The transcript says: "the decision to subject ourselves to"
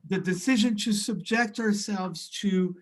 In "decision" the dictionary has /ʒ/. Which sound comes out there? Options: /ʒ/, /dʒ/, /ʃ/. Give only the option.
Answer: /ʒ/